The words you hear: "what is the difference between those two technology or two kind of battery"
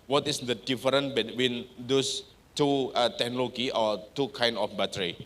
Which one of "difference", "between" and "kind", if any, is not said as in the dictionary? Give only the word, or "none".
difference